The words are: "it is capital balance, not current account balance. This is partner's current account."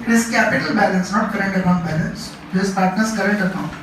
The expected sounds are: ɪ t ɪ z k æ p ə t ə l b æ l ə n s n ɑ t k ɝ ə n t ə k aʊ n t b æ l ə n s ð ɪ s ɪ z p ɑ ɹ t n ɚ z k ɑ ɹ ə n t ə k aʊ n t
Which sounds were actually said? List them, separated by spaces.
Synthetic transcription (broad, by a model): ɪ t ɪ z k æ p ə t ə l b æ l ə n s n ɑ t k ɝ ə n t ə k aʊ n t b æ l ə n s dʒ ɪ ɪ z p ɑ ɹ t n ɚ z k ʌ ɹ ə n t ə k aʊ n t